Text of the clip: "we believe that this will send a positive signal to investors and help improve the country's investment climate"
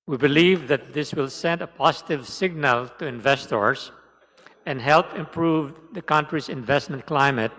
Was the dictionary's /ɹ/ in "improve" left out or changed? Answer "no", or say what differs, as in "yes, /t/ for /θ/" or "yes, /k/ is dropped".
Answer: no